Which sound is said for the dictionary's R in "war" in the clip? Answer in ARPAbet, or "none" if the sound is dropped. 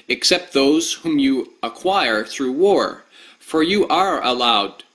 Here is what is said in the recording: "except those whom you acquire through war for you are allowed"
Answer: R